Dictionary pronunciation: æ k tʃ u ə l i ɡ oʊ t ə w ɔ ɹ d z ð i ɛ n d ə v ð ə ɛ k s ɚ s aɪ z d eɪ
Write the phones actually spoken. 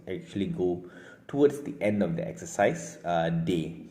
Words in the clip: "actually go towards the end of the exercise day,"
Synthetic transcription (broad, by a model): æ k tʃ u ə l i ɡ oʊ t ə w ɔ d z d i ɛ n d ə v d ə ɛ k s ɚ s aɪ s d eɪ